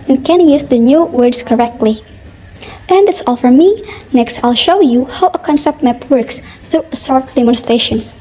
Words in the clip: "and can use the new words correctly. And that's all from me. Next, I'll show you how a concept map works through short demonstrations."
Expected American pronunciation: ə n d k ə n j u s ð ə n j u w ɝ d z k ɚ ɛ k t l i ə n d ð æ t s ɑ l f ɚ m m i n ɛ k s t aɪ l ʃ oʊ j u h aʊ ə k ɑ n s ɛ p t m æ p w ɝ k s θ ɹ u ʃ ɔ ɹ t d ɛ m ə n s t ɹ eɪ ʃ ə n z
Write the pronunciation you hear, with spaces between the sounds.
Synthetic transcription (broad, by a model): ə n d k ə n j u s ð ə n j u w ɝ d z k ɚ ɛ k t l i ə n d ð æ t s ɑ l f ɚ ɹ m i n ɛ k s t aɪ l ʃ oʊ j u h aʊ ə k ɑ n s ɛ p t m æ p w ɝ k s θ ɹ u s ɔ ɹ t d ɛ m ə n s t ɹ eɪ ʃ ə n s